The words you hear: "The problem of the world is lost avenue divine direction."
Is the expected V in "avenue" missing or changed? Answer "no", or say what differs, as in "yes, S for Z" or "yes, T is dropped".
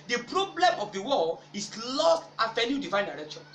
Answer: yes, F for V